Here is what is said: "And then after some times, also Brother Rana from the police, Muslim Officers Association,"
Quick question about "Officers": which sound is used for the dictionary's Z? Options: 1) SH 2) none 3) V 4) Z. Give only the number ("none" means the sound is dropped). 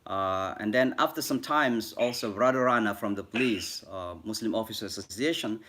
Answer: 2